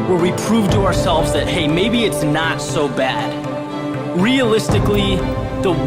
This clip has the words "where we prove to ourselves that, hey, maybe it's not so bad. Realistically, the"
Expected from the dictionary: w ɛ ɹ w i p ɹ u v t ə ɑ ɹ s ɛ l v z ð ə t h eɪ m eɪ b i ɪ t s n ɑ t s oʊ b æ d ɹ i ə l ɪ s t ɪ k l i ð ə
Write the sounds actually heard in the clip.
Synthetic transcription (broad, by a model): w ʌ ɹ w i p ɹ u v t ə ɑ ɹ s ɛ l v z ð ə t h eɪ m eɪ b i ɪ t s n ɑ t s oʊ b æ d ɹ i ə l ɪ s t ɪ k l i ð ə